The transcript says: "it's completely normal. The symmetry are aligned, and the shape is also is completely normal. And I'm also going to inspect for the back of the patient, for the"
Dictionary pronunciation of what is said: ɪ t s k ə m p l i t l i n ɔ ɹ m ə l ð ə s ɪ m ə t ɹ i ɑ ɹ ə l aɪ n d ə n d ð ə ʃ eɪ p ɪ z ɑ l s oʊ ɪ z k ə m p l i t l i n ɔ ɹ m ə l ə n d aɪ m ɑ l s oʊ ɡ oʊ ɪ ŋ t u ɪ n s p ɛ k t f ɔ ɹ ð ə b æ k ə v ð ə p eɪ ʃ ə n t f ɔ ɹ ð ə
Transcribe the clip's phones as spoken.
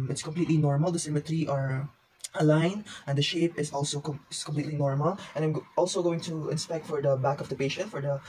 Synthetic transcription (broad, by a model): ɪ t s k ə m p l i t l i n ɔ ɹ m ə l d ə s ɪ m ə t ɹ i ɑ ɹ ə l aɪ n ə n d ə ʃ eɪ p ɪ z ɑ l s oʊ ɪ s k ə m p l i t l i n ɔ ɹ m ə l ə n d aɪ m ɑ l s oʊ ɡ oʊ ɪ ŋ t u ɪ n s p ɛ k t f ɔ ɹ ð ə b æ k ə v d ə p eɪ ʃ ə n t f ɔ ɹ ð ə